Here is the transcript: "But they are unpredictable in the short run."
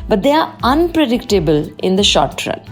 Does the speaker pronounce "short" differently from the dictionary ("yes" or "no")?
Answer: no